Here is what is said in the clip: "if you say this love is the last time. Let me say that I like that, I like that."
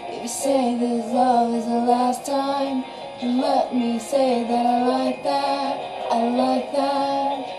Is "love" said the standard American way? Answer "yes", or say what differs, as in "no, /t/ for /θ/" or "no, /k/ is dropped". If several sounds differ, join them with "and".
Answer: no, /v/ is dropped